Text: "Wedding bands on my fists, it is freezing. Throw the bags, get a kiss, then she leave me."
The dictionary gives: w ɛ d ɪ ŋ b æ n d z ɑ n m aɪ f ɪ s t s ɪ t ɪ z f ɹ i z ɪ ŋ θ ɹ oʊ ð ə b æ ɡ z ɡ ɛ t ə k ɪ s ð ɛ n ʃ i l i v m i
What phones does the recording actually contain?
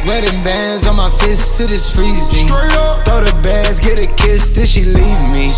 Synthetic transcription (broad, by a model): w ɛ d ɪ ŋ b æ n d z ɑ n m aɪ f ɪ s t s ɪ t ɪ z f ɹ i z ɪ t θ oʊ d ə b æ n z ɡ ɛ t ə k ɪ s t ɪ l ʃ i l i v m i